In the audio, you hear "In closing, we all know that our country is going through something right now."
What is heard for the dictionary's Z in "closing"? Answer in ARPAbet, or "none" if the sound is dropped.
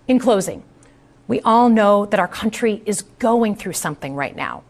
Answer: Z